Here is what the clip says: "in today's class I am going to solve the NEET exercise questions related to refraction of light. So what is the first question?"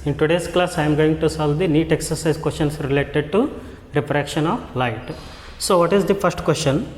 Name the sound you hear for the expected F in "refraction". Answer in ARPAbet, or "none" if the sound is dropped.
P